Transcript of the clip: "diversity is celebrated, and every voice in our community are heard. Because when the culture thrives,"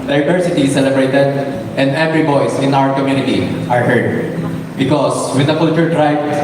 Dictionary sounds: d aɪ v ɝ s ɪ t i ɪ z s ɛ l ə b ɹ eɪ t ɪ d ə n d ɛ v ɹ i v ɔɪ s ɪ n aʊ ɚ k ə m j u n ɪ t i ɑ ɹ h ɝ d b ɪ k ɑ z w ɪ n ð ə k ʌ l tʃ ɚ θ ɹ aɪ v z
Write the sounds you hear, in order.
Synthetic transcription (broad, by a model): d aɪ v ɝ s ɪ t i s ɛ l ə b ɹ eɪ t ɪ d ə n d ɛ v ɹ i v ɔɪ s ɪ n aʊ ɚ k ə m j u n ɪ t i ɑ ɹ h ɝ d b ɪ k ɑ s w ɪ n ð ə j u tʃ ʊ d ɹ aɪ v